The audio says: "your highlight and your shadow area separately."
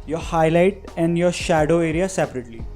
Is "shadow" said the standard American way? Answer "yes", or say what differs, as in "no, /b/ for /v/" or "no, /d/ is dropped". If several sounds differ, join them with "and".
yes